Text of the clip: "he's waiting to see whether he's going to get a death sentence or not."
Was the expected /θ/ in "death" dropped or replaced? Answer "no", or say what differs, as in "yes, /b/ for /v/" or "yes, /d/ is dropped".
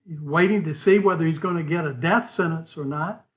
no